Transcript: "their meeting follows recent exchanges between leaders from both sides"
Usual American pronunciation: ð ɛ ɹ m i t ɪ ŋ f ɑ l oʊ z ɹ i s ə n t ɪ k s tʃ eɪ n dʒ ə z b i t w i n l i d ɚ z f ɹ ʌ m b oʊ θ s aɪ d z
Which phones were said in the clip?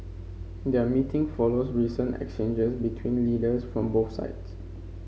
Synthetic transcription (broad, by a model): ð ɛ m i t ɪ ŋ f ɑ l oʊ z ɹ i s ə n t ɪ k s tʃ eɪ n dʒ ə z b i t w i n l i d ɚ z f ɹ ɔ m b oʊ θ s aɪ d s